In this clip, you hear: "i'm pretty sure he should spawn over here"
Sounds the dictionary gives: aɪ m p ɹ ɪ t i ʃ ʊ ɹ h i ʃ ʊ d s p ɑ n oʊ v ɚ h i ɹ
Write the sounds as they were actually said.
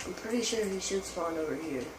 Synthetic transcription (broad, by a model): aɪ m p ɹ ɪ t i ʃ ʊ ɹ h i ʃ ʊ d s f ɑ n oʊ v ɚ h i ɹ